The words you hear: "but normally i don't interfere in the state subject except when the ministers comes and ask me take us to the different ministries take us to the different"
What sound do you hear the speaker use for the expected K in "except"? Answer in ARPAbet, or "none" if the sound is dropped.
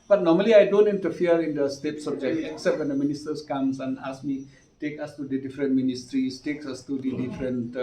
K